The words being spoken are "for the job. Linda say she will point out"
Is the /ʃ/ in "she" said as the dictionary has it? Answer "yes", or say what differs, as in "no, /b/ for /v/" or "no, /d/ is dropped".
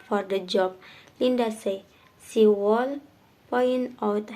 no, /s/ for /ʃ/